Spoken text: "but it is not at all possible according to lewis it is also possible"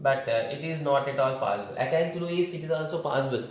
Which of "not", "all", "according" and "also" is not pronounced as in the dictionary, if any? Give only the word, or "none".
according